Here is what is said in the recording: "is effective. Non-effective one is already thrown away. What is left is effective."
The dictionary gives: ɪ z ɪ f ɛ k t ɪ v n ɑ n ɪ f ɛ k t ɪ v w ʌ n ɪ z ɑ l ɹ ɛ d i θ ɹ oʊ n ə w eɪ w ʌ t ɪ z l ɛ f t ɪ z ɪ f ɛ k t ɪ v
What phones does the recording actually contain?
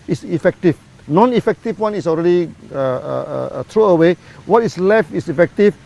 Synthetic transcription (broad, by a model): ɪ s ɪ f ɛ k t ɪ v n ɑ n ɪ f ɛ k t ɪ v w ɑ n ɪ s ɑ l ɹ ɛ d i t ɹ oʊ ə w eɪ w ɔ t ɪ s l ɛ f t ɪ s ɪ f ɛ k t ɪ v